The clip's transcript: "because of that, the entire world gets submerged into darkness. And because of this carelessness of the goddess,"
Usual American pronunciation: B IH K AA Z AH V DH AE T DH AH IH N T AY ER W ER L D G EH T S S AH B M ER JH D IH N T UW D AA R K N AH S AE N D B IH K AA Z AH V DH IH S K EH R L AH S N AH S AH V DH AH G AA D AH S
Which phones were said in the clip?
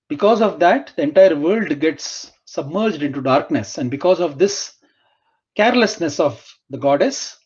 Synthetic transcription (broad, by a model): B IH K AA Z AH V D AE T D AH IH N T AY ER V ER L D G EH T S S AH B M ER JH D IH N T UW D AA R K N AH S AE N D B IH K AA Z AH V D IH S K EH R L AH S N AH S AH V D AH G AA D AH S